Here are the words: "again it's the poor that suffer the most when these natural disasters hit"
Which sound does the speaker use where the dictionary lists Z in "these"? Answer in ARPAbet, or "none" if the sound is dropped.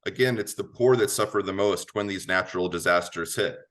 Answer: Z